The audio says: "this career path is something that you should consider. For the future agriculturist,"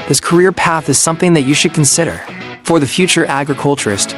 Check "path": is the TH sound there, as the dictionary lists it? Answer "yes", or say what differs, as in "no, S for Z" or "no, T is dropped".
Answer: yes